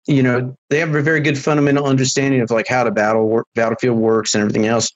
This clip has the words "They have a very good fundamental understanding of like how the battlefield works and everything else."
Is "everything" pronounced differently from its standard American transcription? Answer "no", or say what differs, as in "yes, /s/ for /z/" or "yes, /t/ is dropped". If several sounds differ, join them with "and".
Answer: no